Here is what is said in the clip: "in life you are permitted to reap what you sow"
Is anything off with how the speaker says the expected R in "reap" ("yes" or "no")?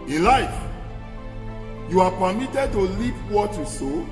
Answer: yes